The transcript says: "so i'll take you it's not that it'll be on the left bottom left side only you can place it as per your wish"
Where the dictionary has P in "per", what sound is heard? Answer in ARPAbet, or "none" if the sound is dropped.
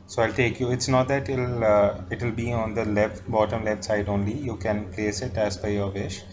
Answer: B